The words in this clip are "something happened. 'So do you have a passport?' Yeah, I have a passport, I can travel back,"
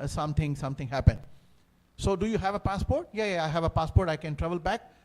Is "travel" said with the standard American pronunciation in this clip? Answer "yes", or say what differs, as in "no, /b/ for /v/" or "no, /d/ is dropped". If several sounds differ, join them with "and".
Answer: yes